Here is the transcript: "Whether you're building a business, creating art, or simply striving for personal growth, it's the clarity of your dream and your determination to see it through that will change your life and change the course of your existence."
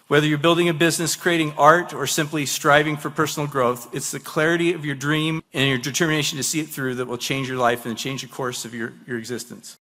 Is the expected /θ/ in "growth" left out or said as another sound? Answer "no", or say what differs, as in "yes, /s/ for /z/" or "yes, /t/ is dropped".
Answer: no